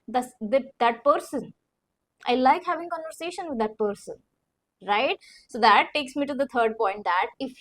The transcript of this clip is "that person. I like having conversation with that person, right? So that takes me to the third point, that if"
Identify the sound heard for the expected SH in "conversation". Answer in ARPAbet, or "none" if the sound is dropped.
SH